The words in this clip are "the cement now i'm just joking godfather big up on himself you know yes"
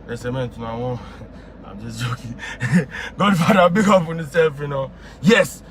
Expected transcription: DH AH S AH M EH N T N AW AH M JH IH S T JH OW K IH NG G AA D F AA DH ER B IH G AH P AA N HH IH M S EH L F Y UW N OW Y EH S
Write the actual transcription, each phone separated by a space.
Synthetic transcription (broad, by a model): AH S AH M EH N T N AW AH M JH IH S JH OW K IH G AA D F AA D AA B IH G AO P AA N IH S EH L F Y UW N OW Y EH S